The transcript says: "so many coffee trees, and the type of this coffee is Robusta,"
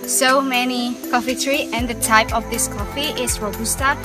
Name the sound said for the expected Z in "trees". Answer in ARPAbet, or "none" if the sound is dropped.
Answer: none